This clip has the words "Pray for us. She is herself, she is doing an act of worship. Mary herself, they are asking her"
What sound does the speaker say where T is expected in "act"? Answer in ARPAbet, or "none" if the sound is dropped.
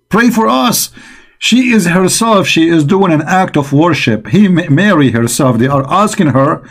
T